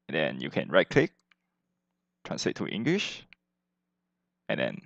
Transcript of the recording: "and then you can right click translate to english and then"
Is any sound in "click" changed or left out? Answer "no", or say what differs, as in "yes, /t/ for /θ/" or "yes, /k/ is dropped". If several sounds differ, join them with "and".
no